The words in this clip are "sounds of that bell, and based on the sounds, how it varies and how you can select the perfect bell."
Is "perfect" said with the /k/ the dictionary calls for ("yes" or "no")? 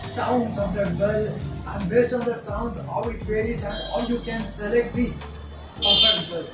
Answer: no